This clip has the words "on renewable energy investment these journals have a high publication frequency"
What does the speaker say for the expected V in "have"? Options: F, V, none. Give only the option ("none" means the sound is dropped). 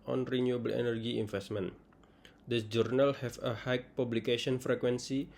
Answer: F